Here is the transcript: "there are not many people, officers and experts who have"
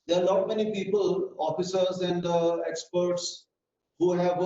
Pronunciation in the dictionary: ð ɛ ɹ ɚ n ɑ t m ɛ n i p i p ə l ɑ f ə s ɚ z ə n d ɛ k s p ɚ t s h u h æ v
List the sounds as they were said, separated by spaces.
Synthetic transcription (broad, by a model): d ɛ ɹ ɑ l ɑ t m ɛ n i p i p ə l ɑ f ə s ɚ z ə n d ɛ k s p ɚ t s h u h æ v